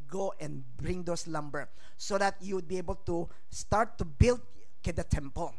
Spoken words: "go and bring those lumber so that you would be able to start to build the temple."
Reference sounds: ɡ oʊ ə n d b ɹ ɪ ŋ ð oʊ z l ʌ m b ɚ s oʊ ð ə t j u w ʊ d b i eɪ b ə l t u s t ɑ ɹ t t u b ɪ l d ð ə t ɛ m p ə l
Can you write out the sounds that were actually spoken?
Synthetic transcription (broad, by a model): ɡ oʊ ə n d b ɹ ɪ ŋ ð oʊ s l ʌ m b ɚ s oʊ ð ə t j u w ʊ d b i eɪ b ə l t u s t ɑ ɹ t t u b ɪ l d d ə t ɛ m p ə l